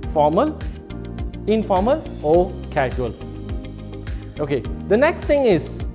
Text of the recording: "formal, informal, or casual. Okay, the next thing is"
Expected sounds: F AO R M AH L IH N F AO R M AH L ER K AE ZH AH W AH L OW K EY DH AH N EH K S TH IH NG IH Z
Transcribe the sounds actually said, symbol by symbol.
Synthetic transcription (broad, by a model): F AO M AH L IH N F AO M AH L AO K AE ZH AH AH L OW K EY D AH N EH K S T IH NG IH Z